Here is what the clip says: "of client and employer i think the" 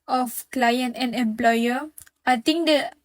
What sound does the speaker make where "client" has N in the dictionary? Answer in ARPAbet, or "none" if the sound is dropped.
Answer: N